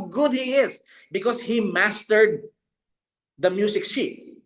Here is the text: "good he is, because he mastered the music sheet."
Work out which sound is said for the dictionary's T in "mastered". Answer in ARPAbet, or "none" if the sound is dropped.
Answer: T